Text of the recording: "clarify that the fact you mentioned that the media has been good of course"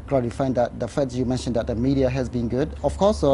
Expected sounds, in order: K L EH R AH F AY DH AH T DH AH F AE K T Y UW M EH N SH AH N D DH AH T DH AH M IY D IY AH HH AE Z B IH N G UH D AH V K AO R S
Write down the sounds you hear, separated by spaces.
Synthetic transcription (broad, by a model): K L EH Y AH F AY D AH T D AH F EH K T Y UW M EH N SH AH N D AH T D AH M IY D IY AH HH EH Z B IH N G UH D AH F K AO S